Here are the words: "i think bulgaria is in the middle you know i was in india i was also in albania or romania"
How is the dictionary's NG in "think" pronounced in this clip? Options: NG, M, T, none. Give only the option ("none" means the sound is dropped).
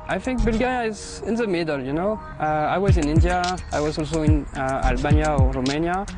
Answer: NG